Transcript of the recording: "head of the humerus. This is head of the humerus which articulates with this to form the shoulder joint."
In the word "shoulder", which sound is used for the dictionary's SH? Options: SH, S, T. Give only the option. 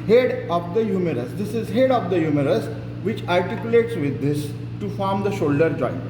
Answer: SH